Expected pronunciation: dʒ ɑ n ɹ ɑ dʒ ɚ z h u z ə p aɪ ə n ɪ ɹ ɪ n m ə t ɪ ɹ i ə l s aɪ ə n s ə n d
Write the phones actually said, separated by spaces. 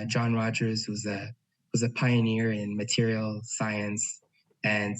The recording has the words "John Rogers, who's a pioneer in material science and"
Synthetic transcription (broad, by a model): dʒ ɑ n ɹ ɑ dʒ ɚ z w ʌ z ə p aɪ ə n ɪ ɹ ɪ n m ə t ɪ ɹ i l s aɪ ə n s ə n